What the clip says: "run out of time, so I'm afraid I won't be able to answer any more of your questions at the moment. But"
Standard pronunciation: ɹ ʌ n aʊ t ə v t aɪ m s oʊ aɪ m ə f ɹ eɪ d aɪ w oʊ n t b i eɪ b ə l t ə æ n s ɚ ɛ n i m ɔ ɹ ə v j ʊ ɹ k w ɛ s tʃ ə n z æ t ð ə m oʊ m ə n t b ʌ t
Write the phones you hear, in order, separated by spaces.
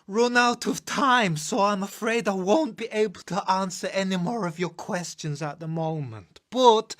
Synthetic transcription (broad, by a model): ɹ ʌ n aʊ t ə v t aɪ m s oʊ aɪ m ə f ɹ eɪ d aɪ w oʊ n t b i eɪ b ə l t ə æ n s ɚ ɛ n i m ɔ ɹ ə v j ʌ ɹ k w ɛ s tʃ ə n z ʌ t ð ə m oʊ m ə n t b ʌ t